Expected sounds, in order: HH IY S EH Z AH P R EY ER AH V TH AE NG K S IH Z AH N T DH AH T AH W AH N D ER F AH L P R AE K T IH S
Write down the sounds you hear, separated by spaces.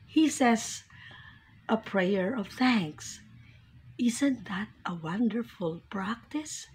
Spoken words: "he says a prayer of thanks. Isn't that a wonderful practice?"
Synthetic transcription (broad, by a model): HH IY S EH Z AH P R EY ER AH V TH AE NG K S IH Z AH N T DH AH T AH W AH N D ER F AH L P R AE K T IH S